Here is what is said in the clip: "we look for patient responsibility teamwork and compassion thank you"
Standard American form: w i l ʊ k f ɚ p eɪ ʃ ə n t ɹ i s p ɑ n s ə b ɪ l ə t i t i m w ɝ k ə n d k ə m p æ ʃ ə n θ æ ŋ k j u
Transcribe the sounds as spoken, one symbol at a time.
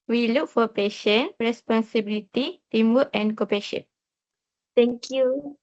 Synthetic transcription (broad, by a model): w i l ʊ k f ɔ p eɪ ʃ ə n ɹ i s p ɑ n s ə b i l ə t i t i m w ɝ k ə n k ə p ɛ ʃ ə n t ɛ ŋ k j u